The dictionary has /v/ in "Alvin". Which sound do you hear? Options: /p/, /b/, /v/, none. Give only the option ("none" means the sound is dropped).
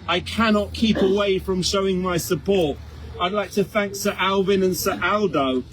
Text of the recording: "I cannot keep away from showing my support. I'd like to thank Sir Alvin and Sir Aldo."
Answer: /v/